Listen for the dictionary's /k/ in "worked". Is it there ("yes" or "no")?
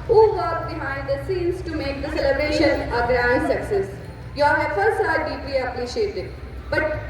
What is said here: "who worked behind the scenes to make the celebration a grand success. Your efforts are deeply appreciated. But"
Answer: no